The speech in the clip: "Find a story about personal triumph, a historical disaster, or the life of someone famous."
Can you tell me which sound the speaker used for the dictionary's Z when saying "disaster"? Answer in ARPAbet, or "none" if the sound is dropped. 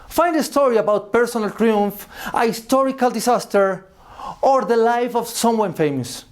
S